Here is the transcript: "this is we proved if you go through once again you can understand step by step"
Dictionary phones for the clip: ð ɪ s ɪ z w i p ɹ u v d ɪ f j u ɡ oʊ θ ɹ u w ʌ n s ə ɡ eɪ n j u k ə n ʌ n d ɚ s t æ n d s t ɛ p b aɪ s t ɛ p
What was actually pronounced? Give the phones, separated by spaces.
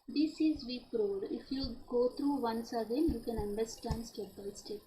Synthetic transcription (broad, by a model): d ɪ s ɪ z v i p ɹ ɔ d ɪ f j u ɡ oʊ t ɹ u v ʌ n s ə ɡ eɪ n j u k ə n ʌ n d ɚ s t æ n d s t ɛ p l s t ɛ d